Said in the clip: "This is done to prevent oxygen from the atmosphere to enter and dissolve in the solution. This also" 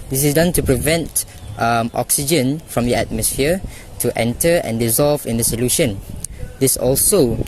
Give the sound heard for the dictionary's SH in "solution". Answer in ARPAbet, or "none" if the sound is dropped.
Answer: SH